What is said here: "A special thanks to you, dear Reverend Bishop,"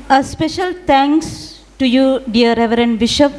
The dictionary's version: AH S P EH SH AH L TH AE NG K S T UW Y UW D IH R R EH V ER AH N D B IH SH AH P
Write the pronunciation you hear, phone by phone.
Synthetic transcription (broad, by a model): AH S P EH SH AH L T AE NG K S T UW Y UW D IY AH R EH V ER AH N D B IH SH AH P